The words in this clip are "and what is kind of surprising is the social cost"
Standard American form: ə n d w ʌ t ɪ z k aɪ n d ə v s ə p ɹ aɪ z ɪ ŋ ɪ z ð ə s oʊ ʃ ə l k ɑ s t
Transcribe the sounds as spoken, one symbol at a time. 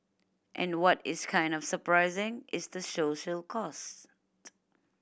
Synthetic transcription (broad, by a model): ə n w ʌ t ɪ z k aɪ n d ə v s ə p ɹ aɪ z ɪ ŋ ɪ z ð ə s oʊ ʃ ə l k ɑ s t